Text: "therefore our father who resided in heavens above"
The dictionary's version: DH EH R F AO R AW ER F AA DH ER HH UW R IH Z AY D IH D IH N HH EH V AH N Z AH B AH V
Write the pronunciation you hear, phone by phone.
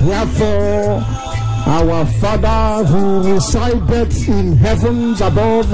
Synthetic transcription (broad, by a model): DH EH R F AO R AW ER F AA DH ER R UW R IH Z AY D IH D IH N HH EH V AH N Z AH B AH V